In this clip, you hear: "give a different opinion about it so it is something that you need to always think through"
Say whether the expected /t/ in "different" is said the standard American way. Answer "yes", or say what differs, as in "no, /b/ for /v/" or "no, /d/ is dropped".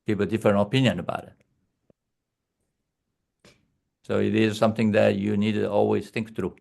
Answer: no, /t/ is dropped